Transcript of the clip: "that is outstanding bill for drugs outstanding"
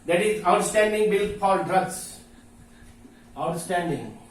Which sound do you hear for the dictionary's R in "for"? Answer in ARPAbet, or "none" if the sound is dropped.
L